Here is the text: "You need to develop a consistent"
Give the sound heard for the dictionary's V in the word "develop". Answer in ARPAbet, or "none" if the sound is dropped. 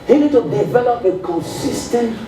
V